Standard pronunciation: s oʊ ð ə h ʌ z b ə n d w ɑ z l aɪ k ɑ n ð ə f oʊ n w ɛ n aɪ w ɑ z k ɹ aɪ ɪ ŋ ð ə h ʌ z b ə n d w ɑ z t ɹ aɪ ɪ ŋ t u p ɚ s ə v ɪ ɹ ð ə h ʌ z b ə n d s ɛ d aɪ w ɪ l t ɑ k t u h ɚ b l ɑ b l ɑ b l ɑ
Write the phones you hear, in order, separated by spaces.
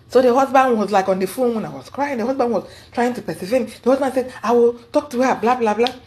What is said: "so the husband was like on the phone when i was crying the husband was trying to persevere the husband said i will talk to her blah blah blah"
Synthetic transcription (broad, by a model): s oʊ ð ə h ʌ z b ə n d w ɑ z l aɪ k ɑ n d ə f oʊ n w ɛ n aɪ w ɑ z k ɹ aɪ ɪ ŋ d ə h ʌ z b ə n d w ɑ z t ɹ aɪ ɪ ŋ t u p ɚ s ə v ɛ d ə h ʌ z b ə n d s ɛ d aɪ w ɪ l t ɑ k t u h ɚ b l ɑ b l ɑ b l ɑ